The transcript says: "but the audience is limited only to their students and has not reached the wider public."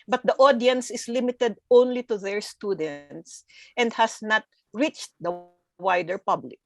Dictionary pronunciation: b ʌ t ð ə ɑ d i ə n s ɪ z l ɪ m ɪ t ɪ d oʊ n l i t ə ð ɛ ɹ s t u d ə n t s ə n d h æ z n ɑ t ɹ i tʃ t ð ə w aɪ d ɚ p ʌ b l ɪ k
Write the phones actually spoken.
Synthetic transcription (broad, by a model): b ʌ t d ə ɑ d i ə n s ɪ s l ɪ m ɪ t ɪ d oʊ n l i t ə ð ɛ ɹ s t u d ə n t s ə n d h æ s n ɑ t ɹ i tʃ t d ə w aɪ d ɚ p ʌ b l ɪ k